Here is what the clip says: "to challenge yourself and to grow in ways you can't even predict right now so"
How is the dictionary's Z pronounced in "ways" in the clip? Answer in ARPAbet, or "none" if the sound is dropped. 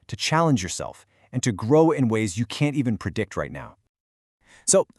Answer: Z